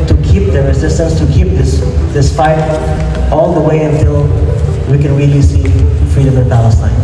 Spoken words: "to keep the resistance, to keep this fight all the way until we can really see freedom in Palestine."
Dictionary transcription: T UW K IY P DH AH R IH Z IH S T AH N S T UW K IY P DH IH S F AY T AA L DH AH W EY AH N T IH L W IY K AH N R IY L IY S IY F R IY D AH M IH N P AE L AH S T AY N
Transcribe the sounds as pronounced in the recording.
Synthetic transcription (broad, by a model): T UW K IY P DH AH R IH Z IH S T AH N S T UW K IY P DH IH S P AY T AA L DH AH W EY AH N T IH L W IY K AH N R IY L IY S IY F R IY D AH M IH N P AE L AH S T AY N